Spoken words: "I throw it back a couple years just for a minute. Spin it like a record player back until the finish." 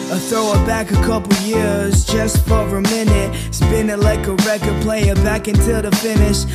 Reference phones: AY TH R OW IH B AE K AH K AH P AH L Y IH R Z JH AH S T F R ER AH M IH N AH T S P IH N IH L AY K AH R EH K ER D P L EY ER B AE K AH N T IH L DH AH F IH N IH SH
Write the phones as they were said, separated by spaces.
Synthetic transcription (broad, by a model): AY TH R OW IH B AE K AH K AH P L Y IH R Z JH AH S T F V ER AH M IH N AH T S B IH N IH L AY K AH R EH K ER D P L EY ER B AE K AH N T IH L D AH F IH N IH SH